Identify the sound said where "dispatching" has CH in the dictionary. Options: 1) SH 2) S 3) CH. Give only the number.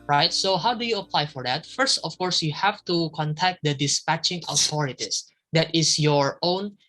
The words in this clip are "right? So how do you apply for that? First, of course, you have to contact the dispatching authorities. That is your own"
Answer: 3